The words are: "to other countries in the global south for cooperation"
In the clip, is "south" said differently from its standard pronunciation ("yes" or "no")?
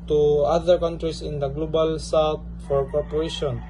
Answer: yes